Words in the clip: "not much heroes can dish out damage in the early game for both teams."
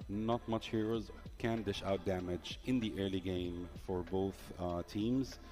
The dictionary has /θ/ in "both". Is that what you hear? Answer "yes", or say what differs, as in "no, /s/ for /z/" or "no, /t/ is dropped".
yes